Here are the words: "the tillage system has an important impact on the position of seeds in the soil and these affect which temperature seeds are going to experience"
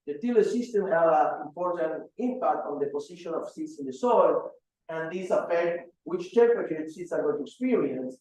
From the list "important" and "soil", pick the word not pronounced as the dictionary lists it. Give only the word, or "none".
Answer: none